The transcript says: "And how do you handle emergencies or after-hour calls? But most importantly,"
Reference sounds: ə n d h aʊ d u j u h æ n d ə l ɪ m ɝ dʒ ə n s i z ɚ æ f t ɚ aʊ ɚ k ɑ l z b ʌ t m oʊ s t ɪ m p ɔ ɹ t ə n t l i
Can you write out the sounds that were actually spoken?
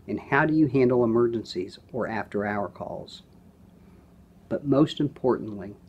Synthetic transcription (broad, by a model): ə n h aʊ d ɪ j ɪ h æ n d l ɪ m ɝ dʒ ə n s i z ɚ æ f t ɚ aʊ ɚ k ɑ l z b ʌ t m oʊ s t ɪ m p ɔ ɹ t n t l i